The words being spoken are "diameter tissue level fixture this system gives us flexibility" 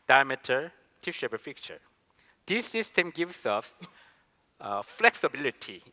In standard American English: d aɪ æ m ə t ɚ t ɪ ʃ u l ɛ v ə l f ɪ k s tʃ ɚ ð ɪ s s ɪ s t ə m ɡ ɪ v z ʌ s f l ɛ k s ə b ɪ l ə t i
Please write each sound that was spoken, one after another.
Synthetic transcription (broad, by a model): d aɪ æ m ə t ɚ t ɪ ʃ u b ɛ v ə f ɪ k tʃ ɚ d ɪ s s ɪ s t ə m ɡ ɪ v s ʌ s f l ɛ k s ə b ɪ l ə t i